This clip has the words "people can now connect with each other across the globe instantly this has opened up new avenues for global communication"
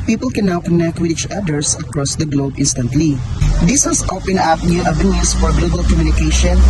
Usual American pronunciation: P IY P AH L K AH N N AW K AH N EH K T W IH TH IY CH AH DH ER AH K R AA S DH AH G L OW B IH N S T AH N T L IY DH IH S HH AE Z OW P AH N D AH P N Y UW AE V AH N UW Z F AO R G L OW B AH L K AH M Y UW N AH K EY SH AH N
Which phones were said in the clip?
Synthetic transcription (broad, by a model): P IY P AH L K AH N N AW K AH N EH K T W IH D IY CH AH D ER AH K R AA S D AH G L OW B IH N S T AH N T L IY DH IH S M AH S OW P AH N AH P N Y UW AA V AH N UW S F AO R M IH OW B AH L K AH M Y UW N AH K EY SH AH N